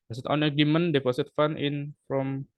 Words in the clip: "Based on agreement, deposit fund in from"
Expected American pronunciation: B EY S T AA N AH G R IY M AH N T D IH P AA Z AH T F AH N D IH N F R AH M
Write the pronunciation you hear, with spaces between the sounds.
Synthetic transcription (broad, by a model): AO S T AA N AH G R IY M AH N D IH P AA S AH T F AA N IH N F R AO M